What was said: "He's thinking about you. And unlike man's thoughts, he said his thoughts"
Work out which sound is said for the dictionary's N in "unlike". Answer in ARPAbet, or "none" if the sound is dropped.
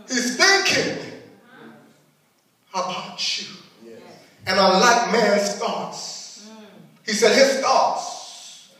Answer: none